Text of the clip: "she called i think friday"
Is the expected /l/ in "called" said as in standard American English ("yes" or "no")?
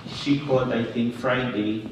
no